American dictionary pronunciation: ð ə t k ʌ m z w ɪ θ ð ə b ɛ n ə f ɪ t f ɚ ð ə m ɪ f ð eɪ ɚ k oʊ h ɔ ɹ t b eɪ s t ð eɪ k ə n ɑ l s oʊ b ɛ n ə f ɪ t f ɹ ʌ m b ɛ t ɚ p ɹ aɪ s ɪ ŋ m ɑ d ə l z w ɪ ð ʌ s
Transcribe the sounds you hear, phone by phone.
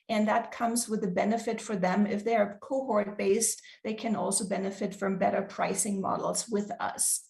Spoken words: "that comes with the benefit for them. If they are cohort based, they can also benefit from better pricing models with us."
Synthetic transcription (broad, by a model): ð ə t k ʌ m z w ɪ ð ə b ɛ n ə f ɪ t f ɚ ð ə m ɪ f ð eɪ ɚ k oʊ h ɔ ɹ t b eɪ s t ð eɪ k ə n ɑ l s oʊ b ɛ n ə f ɪ t f ɹ ʌ m b ɛ t ɚ p ɹ aɪ s ɪ ŋ m ɑ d l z w ɪ ð ʌ s